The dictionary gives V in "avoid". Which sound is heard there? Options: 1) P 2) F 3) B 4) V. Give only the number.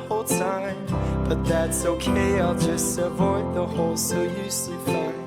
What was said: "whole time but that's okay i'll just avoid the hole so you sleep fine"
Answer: 4